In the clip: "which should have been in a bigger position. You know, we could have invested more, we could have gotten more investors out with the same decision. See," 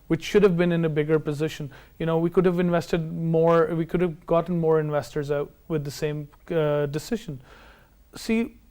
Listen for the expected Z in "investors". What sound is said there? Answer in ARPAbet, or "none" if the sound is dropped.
Z